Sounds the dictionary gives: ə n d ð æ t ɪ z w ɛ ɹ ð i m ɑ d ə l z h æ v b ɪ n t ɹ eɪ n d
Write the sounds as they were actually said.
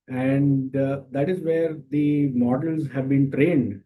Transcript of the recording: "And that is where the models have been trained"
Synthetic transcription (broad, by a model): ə n d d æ t ɪ z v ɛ ɹ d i m ɑ d ə l z h æ v b ɪ n t ɹ eɪ n d